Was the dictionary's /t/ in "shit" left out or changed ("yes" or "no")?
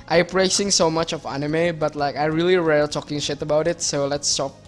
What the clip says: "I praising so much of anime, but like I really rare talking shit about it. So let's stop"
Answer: no